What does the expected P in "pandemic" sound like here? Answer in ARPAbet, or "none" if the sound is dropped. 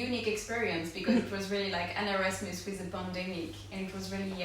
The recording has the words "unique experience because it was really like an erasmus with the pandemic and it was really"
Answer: B